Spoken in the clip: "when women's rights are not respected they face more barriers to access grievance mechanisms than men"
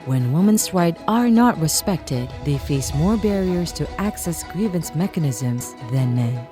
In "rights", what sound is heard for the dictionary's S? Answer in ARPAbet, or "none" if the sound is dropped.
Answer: none